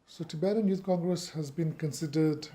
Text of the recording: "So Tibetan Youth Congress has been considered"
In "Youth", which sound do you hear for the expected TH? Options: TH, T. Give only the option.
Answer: T